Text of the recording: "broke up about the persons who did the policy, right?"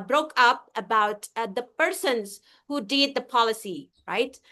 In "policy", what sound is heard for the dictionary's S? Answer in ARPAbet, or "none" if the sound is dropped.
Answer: S